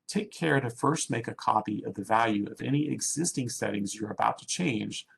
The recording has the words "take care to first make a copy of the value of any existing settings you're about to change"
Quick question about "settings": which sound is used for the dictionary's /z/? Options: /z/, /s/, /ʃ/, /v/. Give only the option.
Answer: /z/